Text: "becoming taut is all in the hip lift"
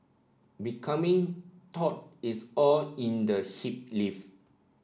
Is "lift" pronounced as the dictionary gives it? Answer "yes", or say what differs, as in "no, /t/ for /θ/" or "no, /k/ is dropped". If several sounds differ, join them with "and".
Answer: no, /t/ is dropped